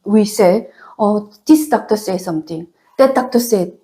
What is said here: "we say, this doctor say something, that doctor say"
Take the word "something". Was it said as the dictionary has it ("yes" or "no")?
no